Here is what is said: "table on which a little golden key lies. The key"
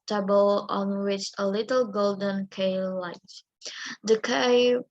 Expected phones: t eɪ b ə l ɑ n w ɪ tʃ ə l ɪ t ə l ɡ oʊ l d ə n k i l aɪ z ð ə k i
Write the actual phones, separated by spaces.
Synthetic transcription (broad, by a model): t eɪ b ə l ɑ n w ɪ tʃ ə l ɪ t ə l ɡ oʊ l d ə n k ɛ l aɪ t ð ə k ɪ